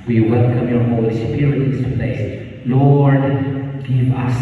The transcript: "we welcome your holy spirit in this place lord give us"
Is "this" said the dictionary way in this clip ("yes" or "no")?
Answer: no